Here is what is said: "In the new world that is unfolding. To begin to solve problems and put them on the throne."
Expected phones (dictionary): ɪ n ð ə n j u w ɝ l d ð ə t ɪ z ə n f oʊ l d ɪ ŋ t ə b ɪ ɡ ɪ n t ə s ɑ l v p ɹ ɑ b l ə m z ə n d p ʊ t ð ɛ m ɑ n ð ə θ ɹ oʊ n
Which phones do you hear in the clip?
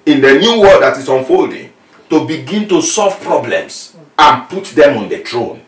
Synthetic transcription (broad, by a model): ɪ n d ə n j u w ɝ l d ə t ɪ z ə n f oʊ l d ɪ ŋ t ə b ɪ ɡ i n t ə s ɑ l v p ɹ ɑ b l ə m s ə n p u t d ɛ m ɑ n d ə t ɹ oʊ n